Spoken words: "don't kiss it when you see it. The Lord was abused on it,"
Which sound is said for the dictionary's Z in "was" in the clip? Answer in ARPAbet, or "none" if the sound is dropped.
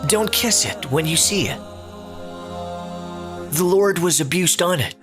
Z